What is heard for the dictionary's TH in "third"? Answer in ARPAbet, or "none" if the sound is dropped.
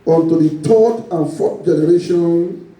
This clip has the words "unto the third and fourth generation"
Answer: T